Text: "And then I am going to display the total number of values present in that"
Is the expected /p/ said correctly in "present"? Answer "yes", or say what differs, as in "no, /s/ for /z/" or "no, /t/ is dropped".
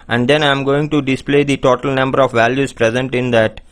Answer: yes